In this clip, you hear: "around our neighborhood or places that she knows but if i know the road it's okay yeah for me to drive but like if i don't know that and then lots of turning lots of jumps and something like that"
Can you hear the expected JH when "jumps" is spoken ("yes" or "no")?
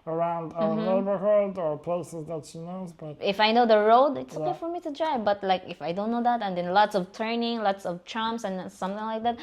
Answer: no